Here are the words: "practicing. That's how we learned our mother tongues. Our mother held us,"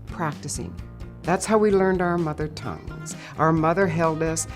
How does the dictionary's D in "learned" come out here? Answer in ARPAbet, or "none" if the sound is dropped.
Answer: D